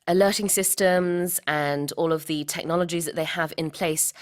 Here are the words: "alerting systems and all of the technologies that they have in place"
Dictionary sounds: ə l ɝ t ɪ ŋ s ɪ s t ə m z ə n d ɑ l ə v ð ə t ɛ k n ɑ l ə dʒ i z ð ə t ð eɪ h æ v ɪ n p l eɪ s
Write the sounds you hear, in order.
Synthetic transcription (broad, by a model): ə l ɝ t ɪ ŋ s ɪ s t ə m z ə n d ɑ l ə v ð ə t ɛ k n ɑ l ə dʒ i z ð ə t ð eɪ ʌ v ɪ n p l eɪ s